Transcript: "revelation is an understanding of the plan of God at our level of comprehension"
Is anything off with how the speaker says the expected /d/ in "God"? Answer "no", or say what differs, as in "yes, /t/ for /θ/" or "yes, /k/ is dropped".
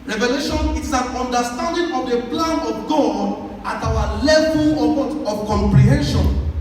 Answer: yes, /d/ is dropped